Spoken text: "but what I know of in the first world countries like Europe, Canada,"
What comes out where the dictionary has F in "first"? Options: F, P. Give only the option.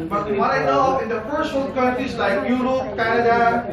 P